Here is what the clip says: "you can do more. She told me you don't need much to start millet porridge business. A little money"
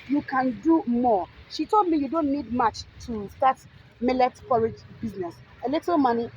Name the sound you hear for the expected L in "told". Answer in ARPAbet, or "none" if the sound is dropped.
L